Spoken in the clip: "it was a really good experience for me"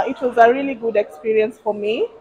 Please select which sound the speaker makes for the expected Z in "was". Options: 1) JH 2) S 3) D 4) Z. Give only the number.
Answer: 4